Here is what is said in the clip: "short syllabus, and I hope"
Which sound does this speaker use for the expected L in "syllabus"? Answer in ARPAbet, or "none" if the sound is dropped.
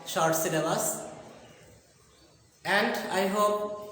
N